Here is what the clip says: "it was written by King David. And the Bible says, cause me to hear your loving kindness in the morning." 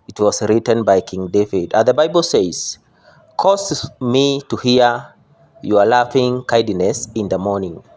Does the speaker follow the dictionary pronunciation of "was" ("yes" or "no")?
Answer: no